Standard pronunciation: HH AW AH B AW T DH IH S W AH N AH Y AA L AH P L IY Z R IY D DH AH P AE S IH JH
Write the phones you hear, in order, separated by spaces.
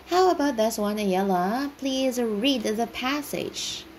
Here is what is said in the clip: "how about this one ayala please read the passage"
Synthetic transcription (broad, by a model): HH AW AH B AW T DH IH S W AH N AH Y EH L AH P L IY Z R IY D DH AH P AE S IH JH